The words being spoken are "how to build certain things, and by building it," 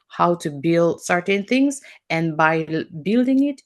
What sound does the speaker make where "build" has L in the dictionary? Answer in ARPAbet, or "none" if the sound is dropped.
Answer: L